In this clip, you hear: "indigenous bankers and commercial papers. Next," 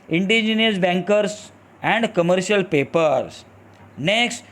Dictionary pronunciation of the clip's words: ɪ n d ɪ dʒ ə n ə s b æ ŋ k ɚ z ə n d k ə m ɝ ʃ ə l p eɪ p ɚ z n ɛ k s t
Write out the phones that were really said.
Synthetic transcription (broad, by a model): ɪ n d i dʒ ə n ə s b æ ŋ k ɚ s ə n d k ə m ɝ ʃ ə l p eɪ p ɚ s n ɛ k s t